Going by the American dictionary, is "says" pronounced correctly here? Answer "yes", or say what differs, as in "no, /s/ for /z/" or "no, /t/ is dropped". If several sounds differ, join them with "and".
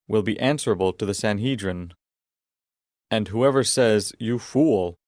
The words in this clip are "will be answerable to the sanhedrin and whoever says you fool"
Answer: yes